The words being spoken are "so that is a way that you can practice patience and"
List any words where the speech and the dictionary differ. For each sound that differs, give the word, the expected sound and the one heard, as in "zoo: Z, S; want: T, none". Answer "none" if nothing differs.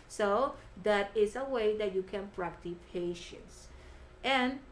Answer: practice: S, none